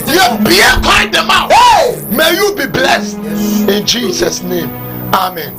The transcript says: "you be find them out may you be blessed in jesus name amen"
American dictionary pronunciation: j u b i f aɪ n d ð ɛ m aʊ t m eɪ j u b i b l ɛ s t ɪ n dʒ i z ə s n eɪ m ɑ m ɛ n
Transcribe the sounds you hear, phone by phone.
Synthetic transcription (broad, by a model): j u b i p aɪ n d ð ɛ m aʊ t m eɪ j u b i b l ɛ s t ɪ n dʒ i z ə s n eɪ m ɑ m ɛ n